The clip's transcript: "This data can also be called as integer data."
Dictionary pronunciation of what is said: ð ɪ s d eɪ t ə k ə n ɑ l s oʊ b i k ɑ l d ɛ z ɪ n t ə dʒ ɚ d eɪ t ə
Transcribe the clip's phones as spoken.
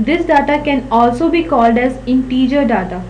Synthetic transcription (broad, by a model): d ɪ s d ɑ t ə k ə n ɑ l s oʊ b i k ɑ l d ɛ z ɪ n t ə dʒ ɚ d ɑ t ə